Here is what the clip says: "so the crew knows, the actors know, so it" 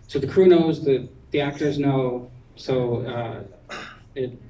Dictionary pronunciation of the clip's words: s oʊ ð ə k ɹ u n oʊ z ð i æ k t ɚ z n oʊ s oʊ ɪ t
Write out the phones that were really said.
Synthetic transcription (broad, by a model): s oʊ ð ə k ɹ u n oʊ z ð i æ k t ɚ z n oʊ s oʊ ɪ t